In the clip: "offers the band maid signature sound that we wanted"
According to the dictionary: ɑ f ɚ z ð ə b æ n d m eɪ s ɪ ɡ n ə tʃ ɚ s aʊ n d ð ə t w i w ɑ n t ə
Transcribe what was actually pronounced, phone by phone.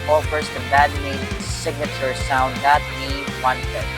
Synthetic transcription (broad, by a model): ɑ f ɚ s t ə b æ d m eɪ s ɪ ɡ n ə tʃ ɚ s aʊ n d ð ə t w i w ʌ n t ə